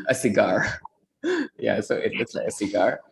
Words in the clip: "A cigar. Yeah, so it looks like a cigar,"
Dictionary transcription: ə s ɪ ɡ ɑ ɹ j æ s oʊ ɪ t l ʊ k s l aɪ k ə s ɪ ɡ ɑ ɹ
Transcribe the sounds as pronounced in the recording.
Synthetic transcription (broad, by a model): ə s ɪ ɡ ɑ ɹ j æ s oʊ ɪ t w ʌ s l aɪ k ə s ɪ ɡ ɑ ɹ